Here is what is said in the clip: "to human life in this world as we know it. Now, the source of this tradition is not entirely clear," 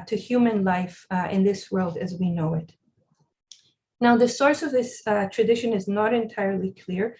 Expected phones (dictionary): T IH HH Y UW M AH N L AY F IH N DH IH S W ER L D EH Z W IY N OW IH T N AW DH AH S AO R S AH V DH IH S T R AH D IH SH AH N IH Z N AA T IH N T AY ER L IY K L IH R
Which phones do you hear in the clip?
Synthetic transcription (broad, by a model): T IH HH Y UW M AH N L AY F IH N DH IH S W ER L D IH Z W IY N OW IH T N AW DH AH S AO R S AH V DH IH S T R AH D IH SH AH N IH Z N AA T IH N T AY ER L IY K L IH R